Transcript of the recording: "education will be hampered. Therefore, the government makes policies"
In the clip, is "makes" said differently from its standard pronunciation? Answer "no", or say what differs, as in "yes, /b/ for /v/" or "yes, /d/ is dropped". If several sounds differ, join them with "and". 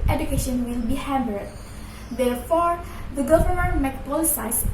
yes, /s/ is dropped